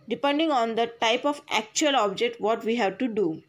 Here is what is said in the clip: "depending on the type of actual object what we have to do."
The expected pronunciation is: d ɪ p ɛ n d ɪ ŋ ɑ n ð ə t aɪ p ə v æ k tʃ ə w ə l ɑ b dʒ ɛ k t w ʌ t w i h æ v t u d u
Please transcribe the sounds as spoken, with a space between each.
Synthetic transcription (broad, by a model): d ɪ p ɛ n d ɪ ŋ ɑ n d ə t aɪ p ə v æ k tʃ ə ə l ɑ b dʒ ɛ k t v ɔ t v i h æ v t u d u